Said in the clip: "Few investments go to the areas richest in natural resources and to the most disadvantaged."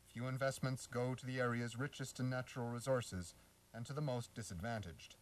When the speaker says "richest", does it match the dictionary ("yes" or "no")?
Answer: yes